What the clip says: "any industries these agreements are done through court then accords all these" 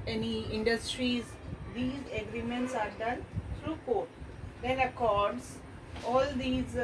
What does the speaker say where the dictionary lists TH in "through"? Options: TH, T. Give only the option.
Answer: T